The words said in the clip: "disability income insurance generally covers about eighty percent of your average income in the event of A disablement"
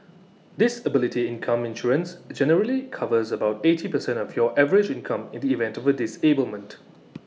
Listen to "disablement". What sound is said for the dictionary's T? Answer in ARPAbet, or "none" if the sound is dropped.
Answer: T